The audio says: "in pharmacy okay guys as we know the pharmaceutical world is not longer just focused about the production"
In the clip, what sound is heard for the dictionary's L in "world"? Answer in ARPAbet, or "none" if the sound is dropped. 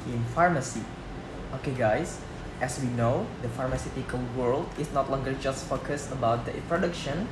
L